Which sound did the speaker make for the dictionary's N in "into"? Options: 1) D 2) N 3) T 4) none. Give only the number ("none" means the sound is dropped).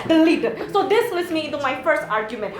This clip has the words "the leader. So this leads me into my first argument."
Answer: 2